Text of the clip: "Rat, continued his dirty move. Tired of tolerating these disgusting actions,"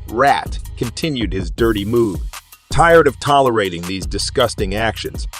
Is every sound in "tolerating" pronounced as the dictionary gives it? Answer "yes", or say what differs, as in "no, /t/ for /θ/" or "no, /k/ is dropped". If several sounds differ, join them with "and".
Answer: yes